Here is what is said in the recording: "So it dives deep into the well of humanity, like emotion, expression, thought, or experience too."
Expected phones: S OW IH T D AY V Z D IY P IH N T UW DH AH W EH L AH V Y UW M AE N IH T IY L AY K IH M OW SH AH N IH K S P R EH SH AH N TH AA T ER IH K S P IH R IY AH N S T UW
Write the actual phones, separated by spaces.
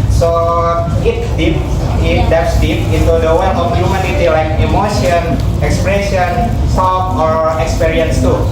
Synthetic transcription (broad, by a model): S OW IH T D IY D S D IY P IH N T UW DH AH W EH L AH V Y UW M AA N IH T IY L AY K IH M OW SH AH N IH K S P R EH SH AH N S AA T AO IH K S P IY R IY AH N S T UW